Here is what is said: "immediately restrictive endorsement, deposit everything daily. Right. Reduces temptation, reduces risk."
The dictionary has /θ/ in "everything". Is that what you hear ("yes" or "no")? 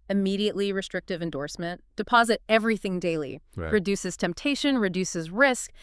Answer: yes